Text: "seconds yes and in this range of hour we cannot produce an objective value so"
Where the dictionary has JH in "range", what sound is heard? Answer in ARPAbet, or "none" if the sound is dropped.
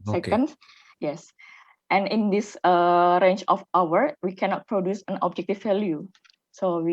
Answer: CH